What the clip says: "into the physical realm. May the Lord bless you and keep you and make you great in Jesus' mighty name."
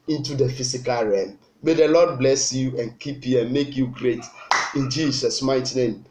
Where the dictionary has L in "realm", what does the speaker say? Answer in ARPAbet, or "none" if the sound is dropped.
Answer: none